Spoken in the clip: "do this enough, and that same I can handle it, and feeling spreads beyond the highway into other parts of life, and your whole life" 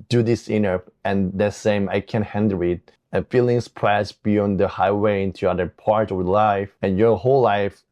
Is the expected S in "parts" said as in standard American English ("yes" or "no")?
no